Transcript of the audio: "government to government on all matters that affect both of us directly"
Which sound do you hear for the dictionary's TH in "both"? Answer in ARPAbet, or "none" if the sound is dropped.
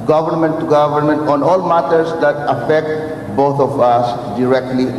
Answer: T